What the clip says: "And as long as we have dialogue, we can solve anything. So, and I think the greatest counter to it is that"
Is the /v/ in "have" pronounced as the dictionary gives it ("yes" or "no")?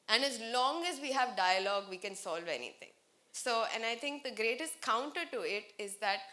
yes